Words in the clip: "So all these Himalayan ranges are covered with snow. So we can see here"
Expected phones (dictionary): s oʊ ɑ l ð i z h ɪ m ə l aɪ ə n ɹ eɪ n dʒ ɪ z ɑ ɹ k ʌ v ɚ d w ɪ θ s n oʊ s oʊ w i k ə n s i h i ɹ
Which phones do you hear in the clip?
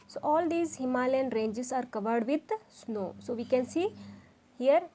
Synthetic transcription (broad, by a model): s oʊ ɑ l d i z h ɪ m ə l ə n ɹ eɪ n dʒ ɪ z ɑ ɹ k ʌ v ɚ d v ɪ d s n oʊ s oʊ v i k ə n s i h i ɹ